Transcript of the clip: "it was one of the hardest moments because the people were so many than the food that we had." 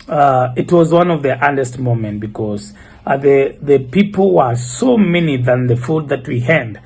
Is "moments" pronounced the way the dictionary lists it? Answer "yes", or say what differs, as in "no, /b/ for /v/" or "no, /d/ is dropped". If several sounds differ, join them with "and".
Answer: no, /s/ is dropped